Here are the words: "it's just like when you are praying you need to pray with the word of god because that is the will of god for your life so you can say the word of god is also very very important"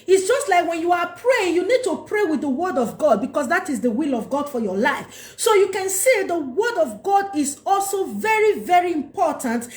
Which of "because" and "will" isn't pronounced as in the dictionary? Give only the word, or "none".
because